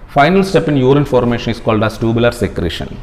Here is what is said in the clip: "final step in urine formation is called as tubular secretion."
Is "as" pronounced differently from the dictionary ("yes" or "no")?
yes